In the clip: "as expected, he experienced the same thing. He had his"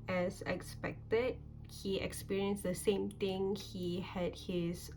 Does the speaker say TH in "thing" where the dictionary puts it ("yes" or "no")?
no